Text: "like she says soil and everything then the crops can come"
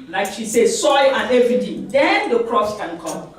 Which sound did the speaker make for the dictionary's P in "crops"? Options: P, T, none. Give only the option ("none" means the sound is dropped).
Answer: none